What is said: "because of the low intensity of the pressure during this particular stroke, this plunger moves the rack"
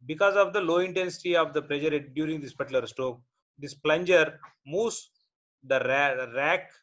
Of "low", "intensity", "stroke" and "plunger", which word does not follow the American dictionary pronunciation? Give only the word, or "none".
stroke